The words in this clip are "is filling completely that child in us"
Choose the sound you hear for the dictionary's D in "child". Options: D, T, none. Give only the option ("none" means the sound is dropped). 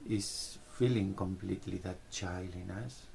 none